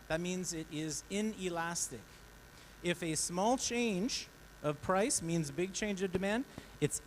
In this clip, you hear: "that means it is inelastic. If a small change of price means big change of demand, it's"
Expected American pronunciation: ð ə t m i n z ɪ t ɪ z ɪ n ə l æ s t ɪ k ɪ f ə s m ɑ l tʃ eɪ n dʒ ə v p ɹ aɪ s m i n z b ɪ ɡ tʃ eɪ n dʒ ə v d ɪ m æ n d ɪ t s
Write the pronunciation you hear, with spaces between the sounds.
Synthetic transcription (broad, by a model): ð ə t m i n z ɪ t ɪ z ɪ n ə l æ s t ɪ k ɪ f ə s m ɑ l tʃ eɪ n dʒ ə v p ɹ aɪ s m i n z b ɪ ɡ tʃ eɪ n dʒ ə v d ɪ m æ n d ɪ t s